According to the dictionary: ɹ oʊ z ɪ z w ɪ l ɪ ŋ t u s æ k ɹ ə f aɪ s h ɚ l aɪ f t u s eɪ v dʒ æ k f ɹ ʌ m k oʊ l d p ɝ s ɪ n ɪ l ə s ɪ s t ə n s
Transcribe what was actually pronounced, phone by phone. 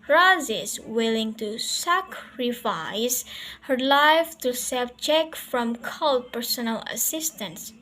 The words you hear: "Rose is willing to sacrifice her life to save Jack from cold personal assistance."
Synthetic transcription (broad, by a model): ɹ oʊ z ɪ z w ɪ l ɪ ŋ t u s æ k ɹ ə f aɪ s h ɚ l aɪ f t u s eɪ b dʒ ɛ k f ɹ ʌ m k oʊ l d p ɝ s ɪ n ɪ l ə s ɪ s t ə n s